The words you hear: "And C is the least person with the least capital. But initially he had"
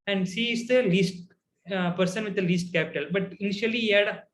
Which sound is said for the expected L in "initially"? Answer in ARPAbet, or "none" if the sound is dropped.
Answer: none